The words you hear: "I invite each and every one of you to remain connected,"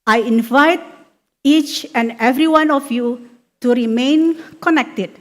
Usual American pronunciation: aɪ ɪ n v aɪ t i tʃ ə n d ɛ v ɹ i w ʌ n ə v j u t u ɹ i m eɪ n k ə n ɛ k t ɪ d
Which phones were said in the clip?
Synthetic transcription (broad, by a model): aɪ ɪ n v aɪ t i tʃ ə n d ɛ v ɹ i w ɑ n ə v j u t u ɹ i m eɪ n k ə n ɛ k t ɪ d